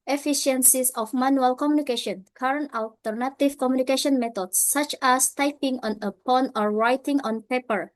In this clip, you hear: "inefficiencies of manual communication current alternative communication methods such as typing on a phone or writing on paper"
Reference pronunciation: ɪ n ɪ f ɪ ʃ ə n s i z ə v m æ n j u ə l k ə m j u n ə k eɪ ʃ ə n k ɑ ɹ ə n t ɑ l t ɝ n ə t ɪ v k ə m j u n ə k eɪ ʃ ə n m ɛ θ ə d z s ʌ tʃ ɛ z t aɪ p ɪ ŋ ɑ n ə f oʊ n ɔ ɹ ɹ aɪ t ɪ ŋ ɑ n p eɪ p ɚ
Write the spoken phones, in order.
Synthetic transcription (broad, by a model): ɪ f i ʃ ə n s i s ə f m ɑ n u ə l k ə m j u n ə k eɪ ʃ ə n k ɑ ɹ ə n t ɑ l t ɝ n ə t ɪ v k ə m j u n ə k eɪ ʃ ə n m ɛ t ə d s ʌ tʃ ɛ s t aɪ p ɪ ŋ ɑ n ə p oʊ n ɔ ɹ ɹ aɪ t ɪ ŋ ɑ n p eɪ p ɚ